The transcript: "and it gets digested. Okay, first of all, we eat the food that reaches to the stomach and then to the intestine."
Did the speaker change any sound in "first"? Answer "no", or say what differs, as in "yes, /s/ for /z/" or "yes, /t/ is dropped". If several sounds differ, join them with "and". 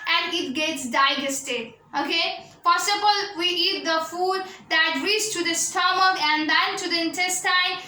yes, /p/ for /f/ and /t/ is dropped